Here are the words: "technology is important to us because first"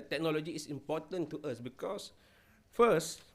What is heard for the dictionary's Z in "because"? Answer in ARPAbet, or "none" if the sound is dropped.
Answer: S